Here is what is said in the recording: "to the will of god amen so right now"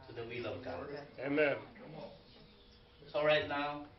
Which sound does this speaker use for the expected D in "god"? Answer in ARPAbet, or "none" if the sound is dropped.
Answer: none